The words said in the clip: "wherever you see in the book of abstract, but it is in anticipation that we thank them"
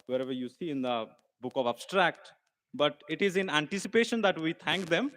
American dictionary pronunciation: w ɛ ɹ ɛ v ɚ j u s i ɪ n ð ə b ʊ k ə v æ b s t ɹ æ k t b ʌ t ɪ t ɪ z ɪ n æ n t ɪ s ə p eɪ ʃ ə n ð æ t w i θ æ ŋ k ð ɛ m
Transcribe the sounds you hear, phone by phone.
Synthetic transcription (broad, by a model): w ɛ ɹ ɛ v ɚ j u s i ɪ n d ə b ʊ k ə v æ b s t ɹ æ k t b ʌ t ɪ t ɪ z ɪ n æ n t ɪ s ə p eɪ ʃ ə n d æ t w i t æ ŋ k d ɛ m